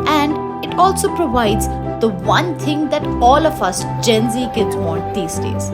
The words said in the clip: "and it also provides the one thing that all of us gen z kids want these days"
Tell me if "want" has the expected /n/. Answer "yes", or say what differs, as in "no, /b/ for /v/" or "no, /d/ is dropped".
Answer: no, /n/ is dropped